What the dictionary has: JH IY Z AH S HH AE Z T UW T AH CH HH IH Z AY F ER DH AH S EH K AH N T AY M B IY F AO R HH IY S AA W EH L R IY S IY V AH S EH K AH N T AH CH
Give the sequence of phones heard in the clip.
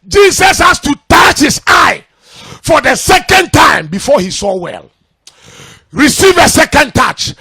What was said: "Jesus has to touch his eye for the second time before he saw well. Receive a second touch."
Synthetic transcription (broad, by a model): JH IY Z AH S HH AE S T UW T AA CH HH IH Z AY F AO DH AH S EH K AH N T AY M B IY F AO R HH IY S AA W EH L R IY S IY V AH S EH K AH N T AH CH